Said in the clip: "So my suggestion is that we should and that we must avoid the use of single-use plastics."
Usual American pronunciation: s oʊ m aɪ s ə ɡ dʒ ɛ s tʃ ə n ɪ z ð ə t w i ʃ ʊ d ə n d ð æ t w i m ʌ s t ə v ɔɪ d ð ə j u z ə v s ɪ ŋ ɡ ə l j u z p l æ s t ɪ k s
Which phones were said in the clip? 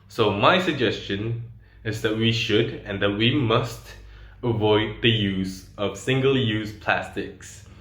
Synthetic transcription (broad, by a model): s oʊ m aɪ s ə ɡ dʒ ɛ s tʃ ə n ɪ z ð ə t w i ʃ ʊ d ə n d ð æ t w i m ʌ s t ə v ɔɪ d ð ə j u z ə v s ɪ ŋ ɡ ə l j u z p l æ s t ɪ k s